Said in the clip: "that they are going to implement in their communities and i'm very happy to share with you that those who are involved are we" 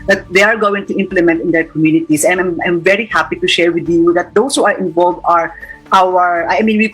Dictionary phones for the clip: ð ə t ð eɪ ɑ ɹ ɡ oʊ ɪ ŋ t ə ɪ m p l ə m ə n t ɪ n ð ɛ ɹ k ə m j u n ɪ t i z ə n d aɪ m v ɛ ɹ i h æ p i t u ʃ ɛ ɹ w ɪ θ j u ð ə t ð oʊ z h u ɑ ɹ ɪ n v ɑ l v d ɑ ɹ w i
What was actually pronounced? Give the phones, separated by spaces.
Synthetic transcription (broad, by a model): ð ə t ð eɪ ɑ ɹ ɡ oʊ ɪ ŋ t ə ɪ m p l ə m ə n t ɪ n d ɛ ɹ k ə m j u n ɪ t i s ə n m aɪ m v ɛ ɹ i h æ p i t u ʃ ɛ ɹ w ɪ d j u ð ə t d oʊ s h u ɑ ɹ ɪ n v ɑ l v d ɑ ɹ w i